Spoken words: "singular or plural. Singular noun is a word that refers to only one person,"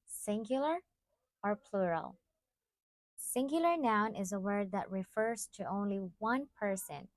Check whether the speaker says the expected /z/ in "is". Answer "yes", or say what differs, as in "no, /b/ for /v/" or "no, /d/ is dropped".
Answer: yes